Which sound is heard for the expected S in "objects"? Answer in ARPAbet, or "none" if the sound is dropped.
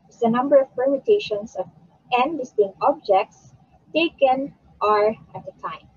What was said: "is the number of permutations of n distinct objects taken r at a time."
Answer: S